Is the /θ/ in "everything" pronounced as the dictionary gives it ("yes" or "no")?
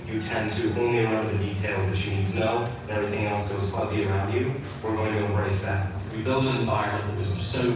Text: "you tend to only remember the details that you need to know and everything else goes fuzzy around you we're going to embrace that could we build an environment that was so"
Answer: yes